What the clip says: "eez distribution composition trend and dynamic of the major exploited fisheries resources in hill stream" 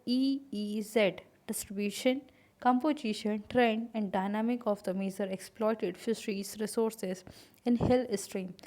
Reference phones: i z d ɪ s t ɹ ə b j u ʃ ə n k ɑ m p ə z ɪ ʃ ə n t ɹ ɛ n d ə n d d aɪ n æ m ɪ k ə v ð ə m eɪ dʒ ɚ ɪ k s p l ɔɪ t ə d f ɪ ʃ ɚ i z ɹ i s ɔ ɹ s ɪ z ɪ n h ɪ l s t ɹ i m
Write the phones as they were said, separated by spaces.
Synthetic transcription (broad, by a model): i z d ɪ s t ɹ ə b j u ʃ ə n k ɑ m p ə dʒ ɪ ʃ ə n t ɹ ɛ n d ə n d d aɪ n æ m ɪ k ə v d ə m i z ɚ ɪ k s p l ɔɪ t ə d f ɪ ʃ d i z ɹ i s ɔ ɹ s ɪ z ɪ n h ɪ l s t ɹ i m